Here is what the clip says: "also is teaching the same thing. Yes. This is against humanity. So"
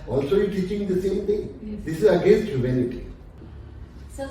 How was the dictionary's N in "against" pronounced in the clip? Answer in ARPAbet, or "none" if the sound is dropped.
N